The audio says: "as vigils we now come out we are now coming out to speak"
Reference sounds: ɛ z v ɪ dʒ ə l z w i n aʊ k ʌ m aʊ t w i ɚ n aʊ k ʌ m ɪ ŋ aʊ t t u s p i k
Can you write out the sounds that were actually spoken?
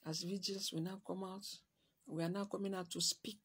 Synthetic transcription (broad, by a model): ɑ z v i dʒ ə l s w i n aʊ k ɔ m aʊ t w i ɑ n aʊ k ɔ m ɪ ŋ aʊ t t u s p i k